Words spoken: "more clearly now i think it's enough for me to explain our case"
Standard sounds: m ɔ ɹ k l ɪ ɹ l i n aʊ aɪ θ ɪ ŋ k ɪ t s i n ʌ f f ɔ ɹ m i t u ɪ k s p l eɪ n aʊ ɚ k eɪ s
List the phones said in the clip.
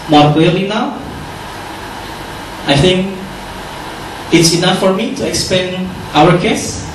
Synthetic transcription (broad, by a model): m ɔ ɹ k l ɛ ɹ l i n aʊ aɪ θ ɪ ŋ k ɪ t s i n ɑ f f ɔ ɹ m i t u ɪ k s p eɪ n aʊ ɚ k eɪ s